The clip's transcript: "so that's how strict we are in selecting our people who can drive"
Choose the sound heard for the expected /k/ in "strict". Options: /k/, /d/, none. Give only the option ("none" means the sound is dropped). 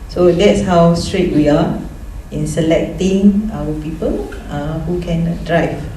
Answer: none